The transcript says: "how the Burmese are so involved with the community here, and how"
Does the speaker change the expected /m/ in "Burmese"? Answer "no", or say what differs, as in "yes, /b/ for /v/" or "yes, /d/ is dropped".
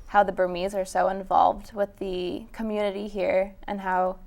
no